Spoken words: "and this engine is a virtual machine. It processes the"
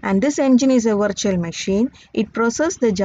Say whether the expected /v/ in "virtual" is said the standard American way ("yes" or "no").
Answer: yes